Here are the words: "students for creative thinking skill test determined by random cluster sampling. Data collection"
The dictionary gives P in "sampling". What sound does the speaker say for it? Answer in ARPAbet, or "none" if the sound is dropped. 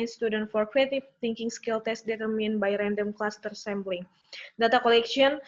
B